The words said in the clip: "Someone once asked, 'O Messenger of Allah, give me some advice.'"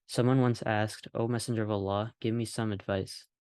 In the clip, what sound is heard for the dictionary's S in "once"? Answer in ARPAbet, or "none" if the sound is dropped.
S